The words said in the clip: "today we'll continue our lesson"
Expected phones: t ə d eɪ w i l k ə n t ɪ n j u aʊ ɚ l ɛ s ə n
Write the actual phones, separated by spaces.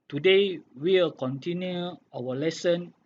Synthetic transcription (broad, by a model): t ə d eɪ w i w k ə n t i n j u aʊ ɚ l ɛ s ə n